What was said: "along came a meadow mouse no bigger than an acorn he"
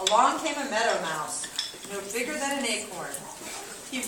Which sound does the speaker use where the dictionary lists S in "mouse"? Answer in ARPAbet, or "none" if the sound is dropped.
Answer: S